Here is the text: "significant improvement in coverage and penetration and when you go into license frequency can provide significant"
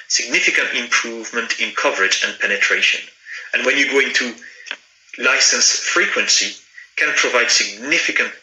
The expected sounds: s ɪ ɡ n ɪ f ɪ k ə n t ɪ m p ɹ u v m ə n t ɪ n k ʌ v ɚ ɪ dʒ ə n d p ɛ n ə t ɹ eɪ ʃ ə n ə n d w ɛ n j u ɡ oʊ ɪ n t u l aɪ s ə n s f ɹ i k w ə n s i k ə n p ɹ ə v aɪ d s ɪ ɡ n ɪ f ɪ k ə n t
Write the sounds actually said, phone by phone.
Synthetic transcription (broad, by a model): s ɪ ɡ n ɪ f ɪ k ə n t ɪ m p ɹ u v m ə n t ɪ n k ʌ v ɚ ɪ dʒ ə n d p ɛ n ə t ɹ eɪ ʃ ə n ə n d w ɛ n j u ɡ oʊ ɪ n t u l aɪ s ə n s f ɹ i k w ə n s i k ə n p ɹ ə v aɪ d s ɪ ɡ n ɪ f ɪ k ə n t